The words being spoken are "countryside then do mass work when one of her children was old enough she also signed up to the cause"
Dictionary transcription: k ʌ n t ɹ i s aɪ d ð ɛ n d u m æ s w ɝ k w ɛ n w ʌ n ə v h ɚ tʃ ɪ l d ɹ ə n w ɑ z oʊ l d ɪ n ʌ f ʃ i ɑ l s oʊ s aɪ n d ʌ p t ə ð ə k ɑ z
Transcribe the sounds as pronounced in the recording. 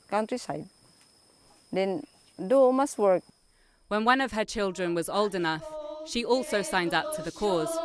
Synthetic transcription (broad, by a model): k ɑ n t ɹ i s aɪ d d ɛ n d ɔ m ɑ s w ɝ k w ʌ n w ʌ n ə v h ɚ tʃ ɪ l d ɹ ə n w ɑ z oʊ l d ɪ n ʌ f ʃ i ɑ l s oʊ s aɪ n d ʌ p t ə ð ə k ɑ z